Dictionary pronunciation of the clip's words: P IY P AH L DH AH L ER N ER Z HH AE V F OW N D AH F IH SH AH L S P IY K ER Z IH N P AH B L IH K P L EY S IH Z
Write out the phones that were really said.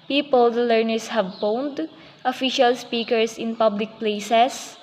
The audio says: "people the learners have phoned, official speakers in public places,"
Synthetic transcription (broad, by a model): P IY P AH L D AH L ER N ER S HH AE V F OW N D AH F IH SH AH L S P IY K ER S IH N P AH B L IH K P L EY S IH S